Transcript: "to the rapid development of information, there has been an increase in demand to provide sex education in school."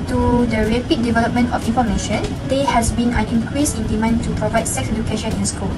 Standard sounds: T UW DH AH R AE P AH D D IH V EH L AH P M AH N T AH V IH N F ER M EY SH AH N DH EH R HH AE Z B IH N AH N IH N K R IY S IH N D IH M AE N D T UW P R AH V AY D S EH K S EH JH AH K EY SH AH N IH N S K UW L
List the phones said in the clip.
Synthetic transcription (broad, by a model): T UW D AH R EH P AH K D IH V EH L AH P M AH N T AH F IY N F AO M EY SH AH N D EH HH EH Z B IH N AH N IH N K R IY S IH N D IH M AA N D T UW P R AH V AY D S EH K S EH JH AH K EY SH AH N IH N S K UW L